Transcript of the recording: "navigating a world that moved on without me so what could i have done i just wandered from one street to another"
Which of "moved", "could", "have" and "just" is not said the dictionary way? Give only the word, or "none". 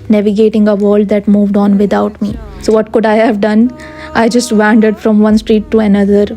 none